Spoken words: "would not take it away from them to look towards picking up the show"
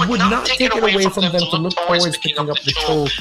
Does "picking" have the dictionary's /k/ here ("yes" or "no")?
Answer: no